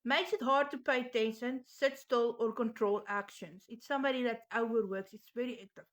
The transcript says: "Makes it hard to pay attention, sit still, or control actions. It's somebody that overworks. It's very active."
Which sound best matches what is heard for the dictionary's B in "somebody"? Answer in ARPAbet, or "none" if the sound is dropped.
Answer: B